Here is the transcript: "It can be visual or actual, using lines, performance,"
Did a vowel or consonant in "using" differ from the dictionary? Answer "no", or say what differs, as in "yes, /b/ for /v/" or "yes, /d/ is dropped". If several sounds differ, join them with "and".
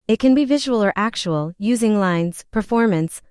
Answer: no